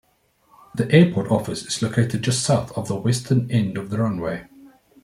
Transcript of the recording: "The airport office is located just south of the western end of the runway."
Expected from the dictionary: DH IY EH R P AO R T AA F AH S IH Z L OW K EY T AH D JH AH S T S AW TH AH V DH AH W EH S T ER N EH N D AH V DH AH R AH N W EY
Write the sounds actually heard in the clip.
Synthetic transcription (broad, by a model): DH IY EH P AO T AA F AH S IH Z L OW K EY T AH D JH AH S T S AW TH AH V DH AH W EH S T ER N EH N D AH V DH AH R AH N W EY